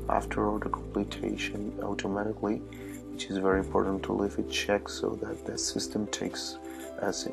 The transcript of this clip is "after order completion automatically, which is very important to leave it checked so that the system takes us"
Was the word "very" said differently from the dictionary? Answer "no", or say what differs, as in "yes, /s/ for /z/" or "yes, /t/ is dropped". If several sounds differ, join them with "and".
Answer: no